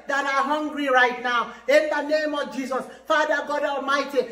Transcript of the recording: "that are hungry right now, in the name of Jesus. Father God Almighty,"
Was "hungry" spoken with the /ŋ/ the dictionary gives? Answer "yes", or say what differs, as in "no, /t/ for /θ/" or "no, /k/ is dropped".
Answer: yes